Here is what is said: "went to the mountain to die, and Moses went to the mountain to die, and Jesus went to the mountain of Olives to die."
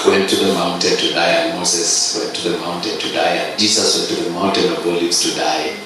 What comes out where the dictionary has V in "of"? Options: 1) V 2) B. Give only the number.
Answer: 2